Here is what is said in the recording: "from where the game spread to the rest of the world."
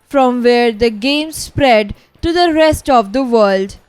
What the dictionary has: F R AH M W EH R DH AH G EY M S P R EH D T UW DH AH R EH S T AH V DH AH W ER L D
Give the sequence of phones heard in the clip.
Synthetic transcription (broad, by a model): F R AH M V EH R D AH G EY M S P R EH D T UW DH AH R EH S T AH V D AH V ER L D